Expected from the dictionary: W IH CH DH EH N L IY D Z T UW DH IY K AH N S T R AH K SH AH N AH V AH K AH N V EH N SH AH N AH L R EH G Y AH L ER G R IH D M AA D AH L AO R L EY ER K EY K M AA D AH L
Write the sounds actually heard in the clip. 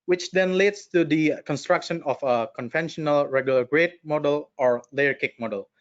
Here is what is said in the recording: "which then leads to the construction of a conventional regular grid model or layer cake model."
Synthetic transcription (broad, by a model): W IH CH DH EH N L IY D S T UW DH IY K AH N S T R AH K SH AH N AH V AH K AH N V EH N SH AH N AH L R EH G Y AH L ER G R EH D M AA D AH L AO R L EY ER K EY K M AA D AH L